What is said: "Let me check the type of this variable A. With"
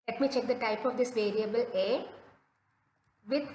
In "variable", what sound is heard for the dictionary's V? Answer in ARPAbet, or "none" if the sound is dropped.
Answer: V